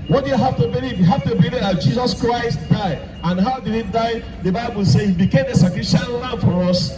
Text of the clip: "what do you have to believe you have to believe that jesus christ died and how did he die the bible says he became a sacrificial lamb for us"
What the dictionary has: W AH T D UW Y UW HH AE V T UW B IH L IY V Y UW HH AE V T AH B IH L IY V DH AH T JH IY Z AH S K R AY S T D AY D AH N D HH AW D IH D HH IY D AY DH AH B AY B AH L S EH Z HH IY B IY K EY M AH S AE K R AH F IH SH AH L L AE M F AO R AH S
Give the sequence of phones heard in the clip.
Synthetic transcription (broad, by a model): W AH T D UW Y UW HH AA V T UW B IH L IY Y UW HH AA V T AH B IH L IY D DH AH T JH IY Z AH S K R AY S T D AY AH N HH AW D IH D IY D AY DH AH B AY B AH L S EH HH IY B IY K EY M AH S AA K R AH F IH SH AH N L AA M F AO R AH S